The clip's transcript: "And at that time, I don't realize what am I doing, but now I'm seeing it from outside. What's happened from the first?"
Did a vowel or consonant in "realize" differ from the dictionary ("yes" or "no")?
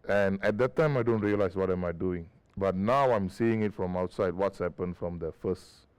yes